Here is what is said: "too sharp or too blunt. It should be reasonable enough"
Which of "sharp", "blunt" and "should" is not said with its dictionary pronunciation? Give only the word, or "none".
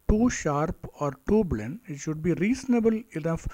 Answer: blunt